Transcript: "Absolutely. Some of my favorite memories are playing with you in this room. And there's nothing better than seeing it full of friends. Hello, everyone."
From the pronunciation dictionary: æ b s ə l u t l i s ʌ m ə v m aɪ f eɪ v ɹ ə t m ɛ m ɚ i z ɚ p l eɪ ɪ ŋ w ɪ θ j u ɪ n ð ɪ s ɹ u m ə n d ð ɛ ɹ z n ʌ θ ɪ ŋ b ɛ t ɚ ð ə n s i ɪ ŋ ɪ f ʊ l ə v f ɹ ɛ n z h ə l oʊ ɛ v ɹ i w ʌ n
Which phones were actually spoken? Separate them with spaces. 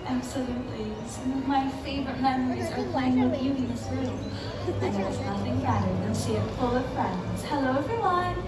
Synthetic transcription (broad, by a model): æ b s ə l u t l i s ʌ m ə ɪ f eɪ v ɹ ə t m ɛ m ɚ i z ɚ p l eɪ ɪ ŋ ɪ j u ɪ n ð ɪ s ɹ u m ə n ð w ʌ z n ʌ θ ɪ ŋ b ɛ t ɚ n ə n ʃ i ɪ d f ʊ l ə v f ɹ ɛ n z h ə l oʊ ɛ v ɹ i w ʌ n